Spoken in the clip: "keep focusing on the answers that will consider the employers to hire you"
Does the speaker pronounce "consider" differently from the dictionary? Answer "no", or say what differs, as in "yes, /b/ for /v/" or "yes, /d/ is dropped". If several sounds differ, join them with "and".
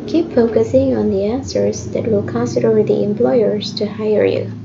yes, /n/ is dropped